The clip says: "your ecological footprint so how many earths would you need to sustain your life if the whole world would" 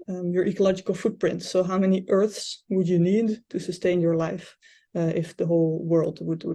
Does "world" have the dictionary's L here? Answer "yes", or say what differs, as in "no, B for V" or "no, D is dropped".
yes